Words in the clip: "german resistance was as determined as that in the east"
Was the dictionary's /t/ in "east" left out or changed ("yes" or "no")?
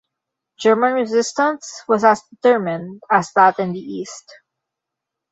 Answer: no